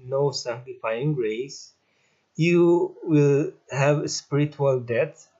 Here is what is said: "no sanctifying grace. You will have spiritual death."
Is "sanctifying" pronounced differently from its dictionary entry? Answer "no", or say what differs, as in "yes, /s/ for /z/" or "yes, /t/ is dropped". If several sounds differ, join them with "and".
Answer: no